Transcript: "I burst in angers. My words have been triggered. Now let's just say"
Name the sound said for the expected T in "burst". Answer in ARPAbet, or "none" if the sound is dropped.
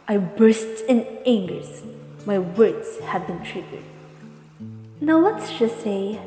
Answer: T